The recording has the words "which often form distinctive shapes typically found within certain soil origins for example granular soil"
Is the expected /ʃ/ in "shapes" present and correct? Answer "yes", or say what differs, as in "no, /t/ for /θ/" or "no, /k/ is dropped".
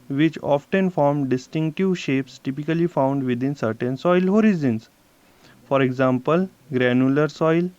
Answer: yes